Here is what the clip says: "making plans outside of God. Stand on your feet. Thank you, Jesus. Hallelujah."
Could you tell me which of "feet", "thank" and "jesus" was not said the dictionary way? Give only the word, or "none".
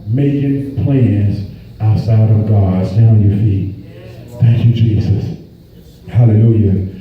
none